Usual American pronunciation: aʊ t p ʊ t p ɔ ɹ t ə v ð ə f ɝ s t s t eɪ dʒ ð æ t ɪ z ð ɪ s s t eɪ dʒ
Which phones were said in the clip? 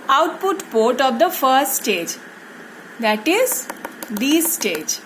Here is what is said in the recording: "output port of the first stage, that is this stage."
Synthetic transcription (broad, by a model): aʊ t p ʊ t p ɔ ɹ t ə v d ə f ɝ s t s t eɪ dʒ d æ t ɪ z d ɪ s s t eɪ dʒ